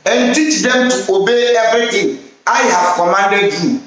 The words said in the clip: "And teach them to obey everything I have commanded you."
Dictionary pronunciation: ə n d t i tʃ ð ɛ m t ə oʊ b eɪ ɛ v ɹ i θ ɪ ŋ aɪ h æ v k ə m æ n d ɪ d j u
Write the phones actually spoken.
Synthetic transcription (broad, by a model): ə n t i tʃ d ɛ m t ə oʊ b eɪ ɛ b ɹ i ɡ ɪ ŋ aɪ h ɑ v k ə m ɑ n d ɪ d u